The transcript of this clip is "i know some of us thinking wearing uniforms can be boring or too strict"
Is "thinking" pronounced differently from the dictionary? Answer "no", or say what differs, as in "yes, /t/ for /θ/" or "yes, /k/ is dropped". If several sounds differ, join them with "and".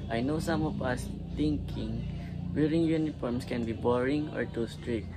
yes, /t/ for /θ/